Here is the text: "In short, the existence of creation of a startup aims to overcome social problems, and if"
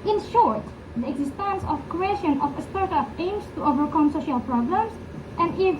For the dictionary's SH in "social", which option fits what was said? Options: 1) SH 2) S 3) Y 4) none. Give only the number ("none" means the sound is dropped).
1